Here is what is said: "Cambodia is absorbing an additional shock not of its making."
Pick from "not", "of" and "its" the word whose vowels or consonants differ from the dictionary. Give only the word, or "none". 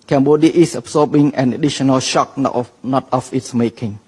of